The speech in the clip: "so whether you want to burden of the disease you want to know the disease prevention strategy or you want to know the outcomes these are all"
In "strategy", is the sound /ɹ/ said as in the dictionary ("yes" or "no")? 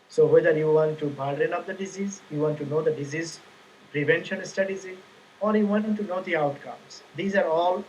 no